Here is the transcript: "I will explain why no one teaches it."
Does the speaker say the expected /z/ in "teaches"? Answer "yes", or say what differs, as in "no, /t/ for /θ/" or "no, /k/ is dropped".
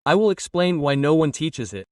yes